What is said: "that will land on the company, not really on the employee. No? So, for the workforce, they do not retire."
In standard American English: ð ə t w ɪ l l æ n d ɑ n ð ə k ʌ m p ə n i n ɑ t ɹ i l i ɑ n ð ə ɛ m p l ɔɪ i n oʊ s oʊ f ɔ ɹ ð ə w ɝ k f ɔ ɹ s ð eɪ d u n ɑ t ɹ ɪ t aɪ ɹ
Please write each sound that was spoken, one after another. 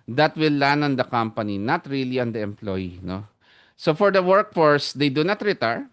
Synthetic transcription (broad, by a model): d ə t w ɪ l l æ n ɑ n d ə k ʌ m p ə n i n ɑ t ɹ i l i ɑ n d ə ɛ m p l ɔɪ i n oʊ s oʊ f ɔ ɹ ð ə w ɝ k f ɔ ɹ s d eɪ d u n ɑ t ɹ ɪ t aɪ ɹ